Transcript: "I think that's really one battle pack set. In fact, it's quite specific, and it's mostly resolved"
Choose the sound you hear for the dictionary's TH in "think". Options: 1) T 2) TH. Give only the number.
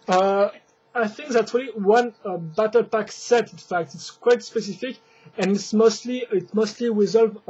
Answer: 2